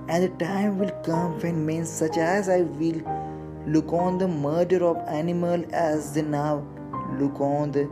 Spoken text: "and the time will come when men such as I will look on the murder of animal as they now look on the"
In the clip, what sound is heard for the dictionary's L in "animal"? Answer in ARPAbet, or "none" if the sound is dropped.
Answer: L